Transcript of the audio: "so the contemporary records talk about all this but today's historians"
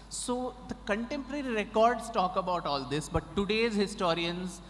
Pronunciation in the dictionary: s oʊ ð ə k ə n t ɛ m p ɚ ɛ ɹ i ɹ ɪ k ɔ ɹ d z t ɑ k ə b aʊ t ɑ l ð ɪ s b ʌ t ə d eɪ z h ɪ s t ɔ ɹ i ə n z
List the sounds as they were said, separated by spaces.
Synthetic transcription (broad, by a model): s oʊ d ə k ə n t ɛ m p ɚ ɛ ɹ i ɹ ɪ k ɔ ɹ d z t ɑ k ə b aʊ t ɑ l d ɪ s b ʌ t ə d eɪ z h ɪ s t ɔ ɹ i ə n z